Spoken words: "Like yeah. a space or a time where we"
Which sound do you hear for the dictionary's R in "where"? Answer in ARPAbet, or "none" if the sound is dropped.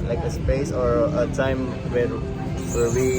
W